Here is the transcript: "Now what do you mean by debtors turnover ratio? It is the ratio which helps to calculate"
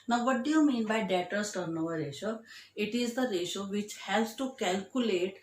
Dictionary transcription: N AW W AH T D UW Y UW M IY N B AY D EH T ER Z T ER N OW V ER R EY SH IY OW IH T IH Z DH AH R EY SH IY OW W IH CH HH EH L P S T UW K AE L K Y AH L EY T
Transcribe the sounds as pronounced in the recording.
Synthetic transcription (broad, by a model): N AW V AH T D UW Y UW M IY N B AY D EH T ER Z T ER N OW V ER R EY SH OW IH T IH Z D AH R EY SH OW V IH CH HH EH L S T UW K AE L K Y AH L EY T